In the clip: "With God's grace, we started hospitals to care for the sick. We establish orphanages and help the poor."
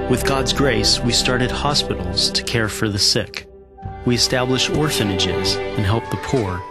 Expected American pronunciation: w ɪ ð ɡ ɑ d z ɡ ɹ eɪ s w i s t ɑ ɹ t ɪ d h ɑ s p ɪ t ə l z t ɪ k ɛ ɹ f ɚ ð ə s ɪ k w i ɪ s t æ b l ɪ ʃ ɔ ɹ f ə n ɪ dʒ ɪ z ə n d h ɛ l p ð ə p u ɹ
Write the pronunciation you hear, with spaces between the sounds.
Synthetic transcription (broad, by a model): w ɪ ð ɡ ɑ d z ɡ ɹ eɪ s w i s t ɑ ɹ t ɪ d h ɑ s p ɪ t l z t ɪ k ɛ ɹ f ɚ ð ə s ɪ k w i ɪ s t æ b l ɪ ʃ ɔ ɹ f ə n ɪ dʒ ɪ z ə n h ɛ l p ð ə p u ɹ